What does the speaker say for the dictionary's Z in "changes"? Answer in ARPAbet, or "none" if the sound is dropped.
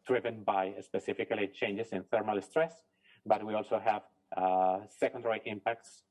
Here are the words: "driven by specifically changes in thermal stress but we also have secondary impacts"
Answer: S